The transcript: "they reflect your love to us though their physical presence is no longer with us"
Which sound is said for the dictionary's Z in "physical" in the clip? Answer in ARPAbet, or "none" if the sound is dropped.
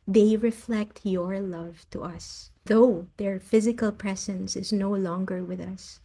Z